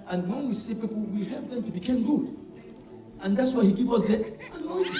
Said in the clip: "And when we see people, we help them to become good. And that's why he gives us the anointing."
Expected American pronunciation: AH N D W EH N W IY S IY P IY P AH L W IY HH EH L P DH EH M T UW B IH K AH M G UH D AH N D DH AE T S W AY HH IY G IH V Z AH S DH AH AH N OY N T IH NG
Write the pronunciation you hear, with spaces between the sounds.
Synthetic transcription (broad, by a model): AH N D W EH N W IY S IY P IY P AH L W IY HH EH L P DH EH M T UW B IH K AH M G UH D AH N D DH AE T S W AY HH IY G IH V AH S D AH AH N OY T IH